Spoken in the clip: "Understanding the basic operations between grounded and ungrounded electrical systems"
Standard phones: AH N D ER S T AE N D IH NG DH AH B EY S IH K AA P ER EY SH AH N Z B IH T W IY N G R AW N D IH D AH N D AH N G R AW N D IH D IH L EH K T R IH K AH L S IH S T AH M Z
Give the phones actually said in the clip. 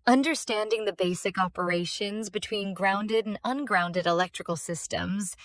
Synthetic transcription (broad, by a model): AH N D ER S T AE N D IH NG DH AH B EY S IH K AA P ER EY SH AH N Z B IH T W IY N G R AW N D IH D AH N AH N G R AW N D IH D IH L EH K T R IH K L S IH S T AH M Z